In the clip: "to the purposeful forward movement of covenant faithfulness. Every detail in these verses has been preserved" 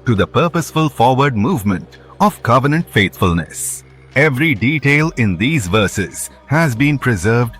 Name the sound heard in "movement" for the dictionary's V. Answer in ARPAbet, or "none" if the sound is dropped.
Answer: V